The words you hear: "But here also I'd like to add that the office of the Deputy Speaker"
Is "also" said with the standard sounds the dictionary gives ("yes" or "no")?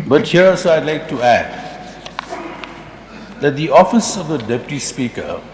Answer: no